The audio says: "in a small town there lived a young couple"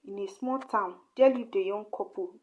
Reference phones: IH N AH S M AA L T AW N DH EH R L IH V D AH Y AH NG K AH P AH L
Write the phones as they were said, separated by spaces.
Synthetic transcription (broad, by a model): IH N AH S M AA L T AW N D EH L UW D AH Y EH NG K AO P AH